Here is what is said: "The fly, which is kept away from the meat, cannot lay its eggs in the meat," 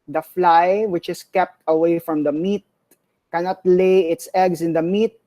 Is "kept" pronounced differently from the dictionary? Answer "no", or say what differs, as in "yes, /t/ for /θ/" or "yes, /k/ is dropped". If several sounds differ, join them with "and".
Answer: no